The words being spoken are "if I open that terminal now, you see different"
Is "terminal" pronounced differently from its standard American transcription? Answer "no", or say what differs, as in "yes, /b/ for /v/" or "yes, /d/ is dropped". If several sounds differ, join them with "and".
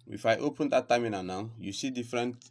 yes, /n/ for /l/